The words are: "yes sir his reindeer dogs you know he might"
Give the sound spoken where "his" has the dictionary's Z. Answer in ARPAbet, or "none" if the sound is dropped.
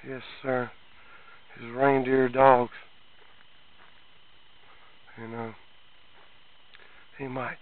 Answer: Z